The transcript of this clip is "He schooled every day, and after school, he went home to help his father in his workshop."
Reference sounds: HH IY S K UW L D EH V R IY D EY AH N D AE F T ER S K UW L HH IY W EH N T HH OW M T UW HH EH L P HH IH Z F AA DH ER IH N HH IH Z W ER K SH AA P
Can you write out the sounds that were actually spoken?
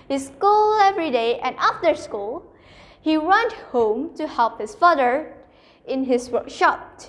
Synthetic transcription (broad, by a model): HH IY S K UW L EH V R IY D EY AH N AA F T ER S K UW L HH IY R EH N HH OW M T UW HH EH L P HH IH S F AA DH ER IH N HH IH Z W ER K SH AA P